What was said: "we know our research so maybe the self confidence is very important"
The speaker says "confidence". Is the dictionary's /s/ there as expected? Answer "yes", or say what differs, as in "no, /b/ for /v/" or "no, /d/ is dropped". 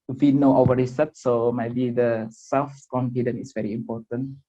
no, /s/ is dropped